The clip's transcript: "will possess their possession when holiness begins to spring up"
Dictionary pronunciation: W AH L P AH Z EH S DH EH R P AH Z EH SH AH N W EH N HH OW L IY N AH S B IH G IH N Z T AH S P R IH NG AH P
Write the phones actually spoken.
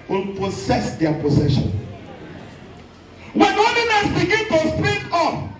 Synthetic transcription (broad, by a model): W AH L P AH S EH S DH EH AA P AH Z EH SH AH N W EH N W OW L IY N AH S B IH G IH N T AH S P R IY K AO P